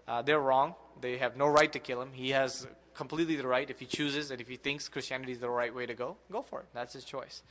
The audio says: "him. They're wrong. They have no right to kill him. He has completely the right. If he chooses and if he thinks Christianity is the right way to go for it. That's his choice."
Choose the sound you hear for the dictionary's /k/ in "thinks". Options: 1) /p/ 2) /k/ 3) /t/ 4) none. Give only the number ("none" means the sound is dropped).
2